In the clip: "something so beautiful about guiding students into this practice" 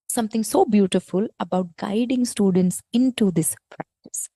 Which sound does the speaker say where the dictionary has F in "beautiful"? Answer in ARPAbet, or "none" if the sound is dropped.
F